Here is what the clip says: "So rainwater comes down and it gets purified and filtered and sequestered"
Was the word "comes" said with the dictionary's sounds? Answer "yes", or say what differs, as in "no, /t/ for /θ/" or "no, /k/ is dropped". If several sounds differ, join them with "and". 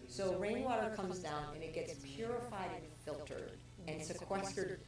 yes